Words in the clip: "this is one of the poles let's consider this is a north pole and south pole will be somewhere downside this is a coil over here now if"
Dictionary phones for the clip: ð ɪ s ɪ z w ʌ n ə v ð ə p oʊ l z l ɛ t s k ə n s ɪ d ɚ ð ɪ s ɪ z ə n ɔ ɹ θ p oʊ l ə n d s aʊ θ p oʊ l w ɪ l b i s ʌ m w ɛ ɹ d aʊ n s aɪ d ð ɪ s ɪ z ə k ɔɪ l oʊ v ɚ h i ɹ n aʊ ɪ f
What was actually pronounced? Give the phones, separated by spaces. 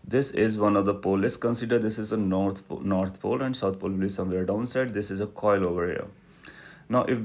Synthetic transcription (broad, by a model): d ɪ s ɪ z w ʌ n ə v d ə p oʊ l l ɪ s k ə n s ɪ d ɚ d ɪ s ɪ z ə n ɔ ɹ t p oʊ l ə n d s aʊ t p oʊ l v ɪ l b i s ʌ m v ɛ ɹ d aʊ n s aɪ d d ɪ s ɪ z ə k ɔɪ l oʊ v ɚ h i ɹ n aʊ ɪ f